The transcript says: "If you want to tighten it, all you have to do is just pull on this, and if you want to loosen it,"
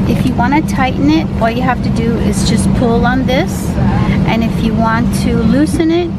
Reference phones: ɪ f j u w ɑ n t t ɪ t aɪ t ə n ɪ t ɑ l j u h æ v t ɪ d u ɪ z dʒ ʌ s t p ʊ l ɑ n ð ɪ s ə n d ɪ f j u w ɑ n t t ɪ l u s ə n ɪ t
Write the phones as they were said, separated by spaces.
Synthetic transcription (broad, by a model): ɪ f j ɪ w ɑ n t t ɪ t aɪ t n ɪ t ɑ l j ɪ h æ f t ɪ d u ɪ z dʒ ʌ s p ʊ l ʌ n ð ɪ s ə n ɪ f j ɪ w ɑ n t t ɪ l u s ə n ɪ t